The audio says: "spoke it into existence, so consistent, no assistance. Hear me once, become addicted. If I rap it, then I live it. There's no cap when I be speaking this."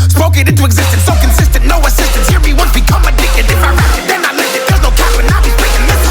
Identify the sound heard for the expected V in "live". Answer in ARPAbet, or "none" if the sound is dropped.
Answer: none